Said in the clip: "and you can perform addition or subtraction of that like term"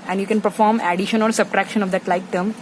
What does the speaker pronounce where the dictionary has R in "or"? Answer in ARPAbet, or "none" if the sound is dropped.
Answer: L